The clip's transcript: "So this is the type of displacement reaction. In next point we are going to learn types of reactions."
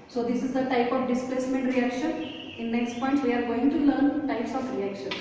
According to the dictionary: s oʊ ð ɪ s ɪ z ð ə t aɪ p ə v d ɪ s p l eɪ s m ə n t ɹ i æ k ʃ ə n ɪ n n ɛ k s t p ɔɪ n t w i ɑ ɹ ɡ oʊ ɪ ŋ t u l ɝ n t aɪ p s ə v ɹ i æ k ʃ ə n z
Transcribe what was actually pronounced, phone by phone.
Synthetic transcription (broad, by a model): s oʊ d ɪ s ɪ z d ə t aɪ p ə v d ɪ s p l eɪ s m ə n t ɹ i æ k ʃ ə n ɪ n n ɛ k s t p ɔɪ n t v i ɑ ɹ ɡ oʊ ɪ ŋ t u l ɝ n t aɪ p s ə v ɹ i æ k ʃ ə n